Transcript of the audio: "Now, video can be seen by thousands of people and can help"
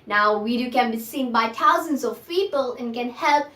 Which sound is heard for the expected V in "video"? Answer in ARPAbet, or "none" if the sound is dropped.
W